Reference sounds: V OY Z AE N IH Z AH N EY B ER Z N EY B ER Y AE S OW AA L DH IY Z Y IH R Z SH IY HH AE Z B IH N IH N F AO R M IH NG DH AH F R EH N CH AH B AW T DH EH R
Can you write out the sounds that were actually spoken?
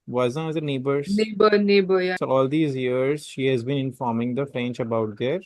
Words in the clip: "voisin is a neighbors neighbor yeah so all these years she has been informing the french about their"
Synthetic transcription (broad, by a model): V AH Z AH N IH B AH N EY B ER N EY B ER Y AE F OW AA L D IY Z Y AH R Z SH IY HH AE Z B IH N IH N F AO R M IH NG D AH F R EH N CH AH B AW T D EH R